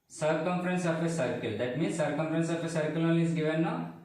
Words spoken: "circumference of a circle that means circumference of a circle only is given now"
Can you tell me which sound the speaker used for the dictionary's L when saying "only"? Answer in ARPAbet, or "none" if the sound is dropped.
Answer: none